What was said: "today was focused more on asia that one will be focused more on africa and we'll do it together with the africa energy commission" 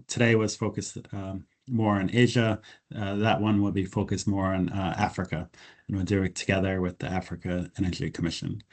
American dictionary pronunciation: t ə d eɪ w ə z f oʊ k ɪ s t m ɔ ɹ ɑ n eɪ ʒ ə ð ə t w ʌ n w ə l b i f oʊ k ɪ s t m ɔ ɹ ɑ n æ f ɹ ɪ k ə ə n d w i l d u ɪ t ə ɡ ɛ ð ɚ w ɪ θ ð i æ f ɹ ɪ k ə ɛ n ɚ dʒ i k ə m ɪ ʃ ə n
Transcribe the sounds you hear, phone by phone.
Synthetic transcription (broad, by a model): t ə d eɪ w ə z f oʊ k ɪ s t m ɔ ɹ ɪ n eɪ ʒ ə ð ə t w ʌ n w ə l b i f oʊ k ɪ s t m ɔ ɹ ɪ n æ f ɹ ɪ k ə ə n w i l d u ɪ t ə ɡ ɛ ð ɚ w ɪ ð i æ f ɹ ɪ k ə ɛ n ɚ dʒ i k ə m ɪ ʃ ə n